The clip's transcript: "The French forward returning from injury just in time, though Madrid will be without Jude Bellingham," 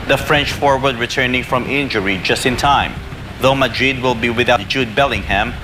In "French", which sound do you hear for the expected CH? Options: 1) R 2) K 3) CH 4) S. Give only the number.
3